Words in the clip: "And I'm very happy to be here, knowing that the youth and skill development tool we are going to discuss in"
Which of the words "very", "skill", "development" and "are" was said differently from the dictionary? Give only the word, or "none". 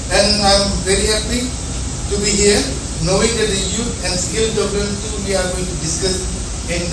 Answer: development